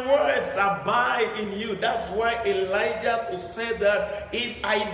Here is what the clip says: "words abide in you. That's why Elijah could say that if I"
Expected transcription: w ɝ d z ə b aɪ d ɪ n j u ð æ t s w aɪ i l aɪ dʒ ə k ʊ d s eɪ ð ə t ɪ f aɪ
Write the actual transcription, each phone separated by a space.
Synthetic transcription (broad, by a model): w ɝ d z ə b aɪ ɪ n j u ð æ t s w aɪ i l aɪ dʒ ə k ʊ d s eɪ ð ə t ɪ f aɪ